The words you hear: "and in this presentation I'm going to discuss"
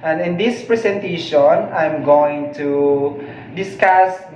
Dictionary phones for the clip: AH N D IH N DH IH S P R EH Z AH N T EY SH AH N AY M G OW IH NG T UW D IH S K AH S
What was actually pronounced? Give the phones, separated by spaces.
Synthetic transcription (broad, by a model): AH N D IH N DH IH S P R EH S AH N T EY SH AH N AY M G OW IH NG T UW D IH S K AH S